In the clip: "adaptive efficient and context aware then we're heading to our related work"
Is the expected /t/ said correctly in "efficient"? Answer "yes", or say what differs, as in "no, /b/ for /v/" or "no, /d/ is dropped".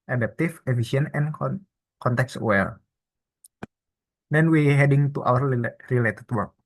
no, /t/ is dropped